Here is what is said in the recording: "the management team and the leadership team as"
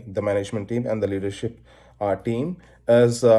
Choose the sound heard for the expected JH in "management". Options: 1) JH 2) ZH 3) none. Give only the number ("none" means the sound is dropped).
1